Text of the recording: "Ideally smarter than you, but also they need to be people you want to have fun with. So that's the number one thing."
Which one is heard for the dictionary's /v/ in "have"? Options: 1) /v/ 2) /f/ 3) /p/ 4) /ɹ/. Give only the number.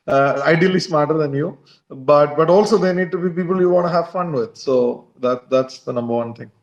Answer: 1